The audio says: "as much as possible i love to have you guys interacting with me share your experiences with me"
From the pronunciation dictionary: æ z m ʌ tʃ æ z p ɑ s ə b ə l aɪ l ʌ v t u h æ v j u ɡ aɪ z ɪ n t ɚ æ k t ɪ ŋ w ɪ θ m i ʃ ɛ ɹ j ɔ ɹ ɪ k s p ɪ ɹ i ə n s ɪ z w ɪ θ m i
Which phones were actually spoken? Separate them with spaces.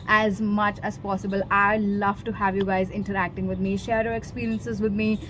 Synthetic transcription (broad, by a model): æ z m ʌ tʃ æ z p ɑ s ə b ə l aɪ l ʌ v t u h æ v j u ɡ aɪ z ɪ n t ɚ æ k t ɪ ŋ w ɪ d m i ʃ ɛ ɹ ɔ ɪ k s p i ɹ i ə n s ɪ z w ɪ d m i